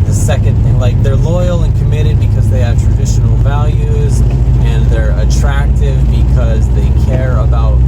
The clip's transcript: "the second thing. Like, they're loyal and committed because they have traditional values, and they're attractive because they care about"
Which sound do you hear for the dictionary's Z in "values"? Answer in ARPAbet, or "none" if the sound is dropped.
Z